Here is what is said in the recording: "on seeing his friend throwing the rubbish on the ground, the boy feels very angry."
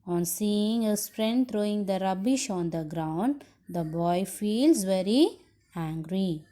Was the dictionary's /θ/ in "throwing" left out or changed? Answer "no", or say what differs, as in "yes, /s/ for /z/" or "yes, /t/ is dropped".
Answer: yes, /t/ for /θ/